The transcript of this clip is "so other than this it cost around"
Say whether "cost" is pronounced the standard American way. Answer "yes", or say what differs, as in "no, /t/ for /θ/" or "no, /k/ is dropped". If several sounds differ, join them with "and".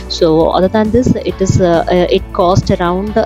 yes